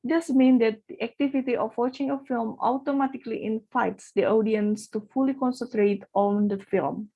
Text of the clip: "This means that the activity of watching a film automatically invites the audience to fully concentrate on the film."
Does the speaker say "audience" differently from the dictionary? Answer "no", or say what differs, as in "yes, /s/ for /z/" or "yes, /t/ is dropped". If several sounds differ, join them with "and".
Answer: no